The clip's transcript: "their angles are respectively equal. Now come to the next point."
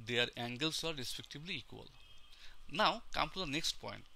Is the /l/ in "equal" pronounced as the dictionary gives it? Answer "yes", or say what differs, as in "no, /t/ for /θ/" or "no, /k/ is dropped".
yes